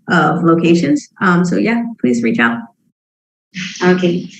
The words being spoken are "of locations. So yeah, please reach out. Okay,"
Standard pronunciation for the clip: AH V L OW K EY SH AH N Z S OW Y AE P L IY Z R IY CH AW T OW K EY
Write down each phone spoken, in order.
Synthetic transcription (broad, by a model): AH V L OW K EY SH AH N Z S OW Y AE P L IY Z R IY CH AW T OW K EY